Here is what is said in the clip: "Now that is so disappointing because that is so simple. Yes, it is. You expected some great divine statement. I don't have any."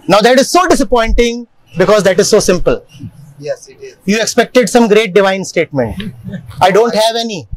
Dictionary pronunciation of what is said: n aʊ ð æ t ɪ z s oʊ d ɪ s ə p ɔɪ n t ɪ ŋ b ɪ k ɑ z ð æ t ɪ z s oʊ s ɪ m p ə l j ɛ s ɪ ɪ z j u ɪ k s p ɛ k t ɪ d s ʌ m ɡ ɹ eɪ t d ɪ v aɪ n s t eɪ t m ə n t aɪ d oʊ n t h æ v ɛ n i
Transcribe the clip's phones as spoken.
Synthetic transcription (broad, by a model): n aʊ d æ t ɪ z s oʊ d ɪ s ə p ɔɪ n t ɪ ŋ b ɪ k ɑ z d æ t ɪ z s oʊ s ɪ m p ə l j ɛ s j u ɪ k s p ɛ k t ɪ d s ʌ m ɡ ɹ eɪ t d ɪ v aɪ n s t eɪ t m ə n t aɪ d oʊ n t h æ v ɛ n i